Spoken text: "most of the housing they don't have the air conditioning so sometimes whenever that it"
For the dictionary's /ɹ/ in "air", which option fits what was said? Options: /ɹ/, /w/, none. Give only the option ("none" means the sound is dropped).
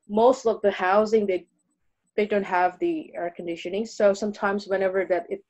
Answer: /ɹ/